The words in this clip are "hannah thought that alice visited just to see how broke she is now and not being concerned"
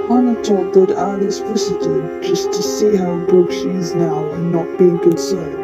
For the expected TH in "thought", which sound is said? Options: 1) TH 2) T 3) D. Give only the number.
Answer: 2